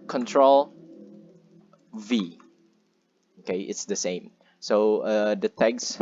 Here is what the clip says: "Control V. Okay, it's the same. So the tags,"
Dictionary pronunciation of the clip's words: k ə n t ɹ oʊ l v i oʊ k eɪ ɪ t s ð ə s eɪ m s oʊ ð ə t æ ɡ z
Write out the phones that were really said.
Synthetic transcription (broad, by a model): k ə n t ɹ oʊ l v i oʊ k eɪ ɪ t s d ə s eɪ m s oʊ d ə t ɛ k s